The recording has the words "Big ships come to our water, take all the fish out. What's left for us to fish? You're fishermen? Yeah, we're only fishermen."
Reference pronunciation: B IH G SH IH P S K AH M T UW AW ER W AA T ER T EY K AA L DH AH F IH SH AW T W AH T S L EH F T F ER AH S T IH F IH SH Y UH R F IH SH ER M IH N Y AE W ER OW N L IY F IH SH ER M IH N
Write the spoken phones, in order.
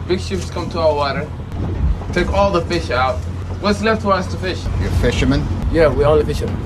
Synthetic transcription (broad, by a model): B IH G SH IH P S K AH M T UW AW ER W AA T ER T EY K AA L DH AH F IH SH AW T W AH T S L EH F T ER AH S T IH F IH SH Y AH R F IH SH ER M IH N Y AE W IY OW L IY F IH SH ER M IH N